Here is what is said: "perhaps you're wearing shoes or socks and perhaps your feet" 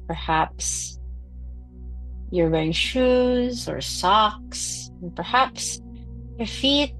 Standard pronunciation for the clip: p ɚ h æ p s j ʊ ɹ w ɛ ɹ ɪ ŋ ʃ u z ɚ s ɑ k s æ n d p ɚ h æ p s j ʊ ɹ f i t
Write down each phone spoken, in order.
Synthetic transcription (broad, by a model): p ɚ h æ p s j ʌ ɹ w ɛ ɪ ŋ ʃ u z ɚ s ɑ k s n p ɚ h æ p s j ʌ ɹ f i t